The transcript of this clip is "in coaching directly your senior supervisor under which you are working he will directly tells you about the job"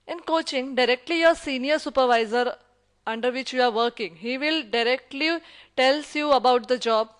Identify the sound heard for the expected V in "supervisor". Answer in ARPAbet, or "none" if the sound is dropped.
V